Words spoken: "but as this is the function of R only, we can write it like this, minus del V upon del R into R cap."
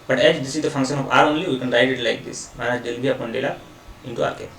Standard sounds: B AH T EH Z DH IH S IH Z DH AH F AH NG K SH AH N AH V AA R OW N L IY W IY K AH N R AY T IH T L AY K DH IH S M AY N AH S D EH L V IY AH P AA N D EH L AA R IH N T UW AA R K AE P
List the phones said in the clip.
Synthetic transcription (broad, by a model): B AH T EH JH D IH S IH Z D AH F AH NG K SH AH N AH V AA R OW N L IY W IY K AH N R AY T IH T L AY K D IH S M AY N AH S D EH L B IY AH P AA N D EH L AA IH N T UW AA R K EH